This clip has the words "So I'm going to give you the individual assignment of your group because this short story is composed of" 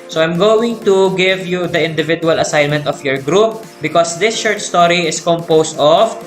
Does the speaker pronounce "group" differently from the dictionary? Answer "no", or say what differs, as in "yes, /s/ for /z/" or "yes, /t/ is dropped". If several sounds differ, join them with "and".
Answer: no